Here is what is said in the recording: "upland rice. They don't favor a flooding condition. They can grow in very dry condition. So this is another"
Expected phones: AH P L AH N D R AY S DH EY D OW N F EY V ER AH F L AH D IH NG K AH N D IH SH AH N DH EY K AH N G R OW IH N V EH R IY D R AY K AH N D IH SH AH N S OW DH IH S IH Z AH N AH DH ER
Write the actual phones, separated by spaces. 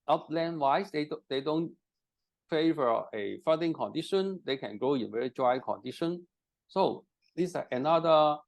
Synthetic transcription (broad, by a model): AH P L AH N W AY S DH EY D OW N F EY V ER AH F AH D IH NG K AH N D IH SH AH N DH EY K AH N G OW IH N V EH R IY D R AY K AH N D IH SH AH N S OW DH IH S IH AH N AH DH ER